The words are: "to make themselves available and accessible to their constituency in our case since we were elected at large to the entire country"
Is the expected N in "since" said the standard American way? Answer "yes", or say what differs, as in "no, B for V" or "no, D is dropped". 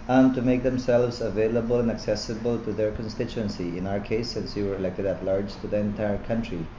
yes